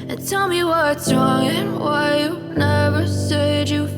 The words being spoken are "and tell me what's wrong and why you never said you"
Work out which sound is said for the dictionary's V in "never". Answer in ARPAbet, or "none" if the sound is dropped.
V